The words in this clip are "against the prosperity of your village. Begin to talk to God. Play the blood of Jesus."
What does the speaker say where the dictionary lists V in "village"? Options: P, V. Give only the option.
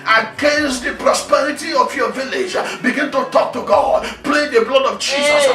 V